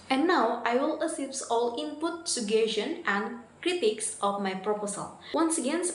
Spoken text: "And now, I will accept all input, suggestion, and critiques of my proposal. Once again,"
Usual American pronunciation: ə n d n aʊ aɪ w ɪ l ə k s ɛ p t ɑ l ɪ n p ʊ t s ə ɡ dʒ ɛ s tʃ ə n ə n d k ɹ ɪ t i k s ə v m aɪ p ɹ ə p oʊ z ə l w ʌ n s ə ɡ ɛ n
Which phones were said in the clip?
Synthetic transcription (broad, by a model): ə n n aʊ aɪ w ɪ l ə s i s ɑ l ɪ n p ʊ t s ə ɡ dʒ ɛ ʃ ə n ə n d k ɹ ɪ t i k s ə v m aɪ p ɹ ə p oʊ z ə l w ʌ n s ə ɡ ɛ n